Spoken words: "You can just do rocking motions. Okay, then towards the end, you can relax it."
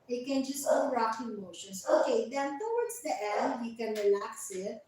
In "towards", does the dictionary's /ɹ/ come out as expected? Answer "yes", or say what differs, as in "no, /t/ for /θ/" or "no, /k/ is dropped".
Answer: no, /w/ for /ɹ/